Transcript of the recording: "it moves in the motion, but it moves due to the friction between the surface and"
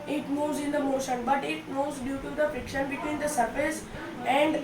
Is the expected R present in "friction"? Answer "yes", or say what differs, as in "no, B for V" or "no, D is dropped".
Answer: no, R is dropped